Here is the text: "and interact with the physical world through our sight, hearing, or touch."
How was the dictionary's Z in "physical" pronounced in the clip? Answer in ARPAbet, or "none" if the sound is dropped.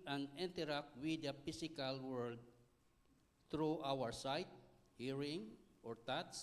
S